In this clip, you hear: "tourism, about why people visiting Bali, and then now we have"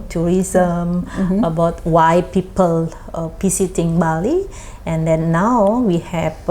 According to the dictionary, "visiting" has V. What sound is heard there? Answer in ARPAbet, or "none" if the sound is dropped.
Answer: P